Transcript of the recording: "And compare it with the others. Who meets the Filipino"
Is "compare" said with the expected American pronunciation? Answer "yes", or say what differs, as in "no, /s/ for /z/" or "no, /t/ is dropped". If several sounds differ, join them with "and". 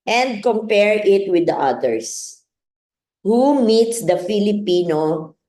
yes